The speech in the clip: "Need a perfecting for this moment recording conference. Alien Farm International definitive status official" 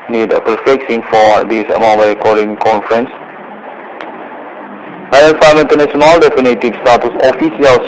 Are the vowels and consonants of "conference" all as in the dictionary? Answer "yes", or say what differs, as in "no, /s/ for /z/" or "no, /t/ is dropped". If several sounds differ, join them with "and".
yes